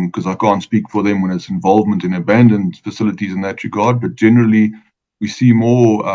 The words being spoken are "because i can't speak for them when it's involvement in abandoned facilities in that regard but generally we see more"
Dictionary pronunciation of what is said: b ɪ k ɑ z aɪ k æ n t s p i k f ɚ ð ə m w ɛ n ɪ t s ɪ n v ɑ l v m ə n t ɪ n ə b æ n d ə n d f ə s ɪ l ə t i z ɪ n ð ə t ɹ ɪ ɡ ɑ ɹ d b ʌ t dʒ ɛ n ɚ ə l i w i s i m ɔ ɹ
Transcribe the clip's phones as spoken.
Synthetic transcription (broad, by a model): k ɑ z aɪ k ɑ n t s p i k f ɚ ð ə m w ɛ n ɪ t s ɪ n v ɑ l v m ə n t ɪ n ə b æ n d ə n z f ə s ɪ l ə t i z ɪ n ð ə t ɹ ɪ ɡ ɑ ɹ d b ʌ t dʒ ɛ n ɚ ə l i w i s i m ɔ